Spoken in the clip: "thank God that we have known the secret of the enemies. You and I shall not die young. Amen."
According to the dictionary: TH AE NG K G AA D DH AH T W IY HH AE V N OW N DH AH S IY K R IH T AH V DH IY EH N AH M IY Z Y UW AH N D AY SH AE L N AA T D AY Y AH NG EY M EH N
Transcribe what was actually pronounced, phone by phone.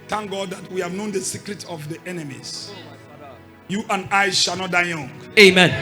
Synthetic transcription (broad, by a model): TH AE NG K G AA D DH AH T W IY HH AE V N OW N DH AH S IY K R IH T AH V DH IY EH N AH M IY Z Y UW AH N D AY SH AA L N AA T D AY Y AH NG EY M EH N